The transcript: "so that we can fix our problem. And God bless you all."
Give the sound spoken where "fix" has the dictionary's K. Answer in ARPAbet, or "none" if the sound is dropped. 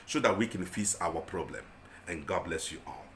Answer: none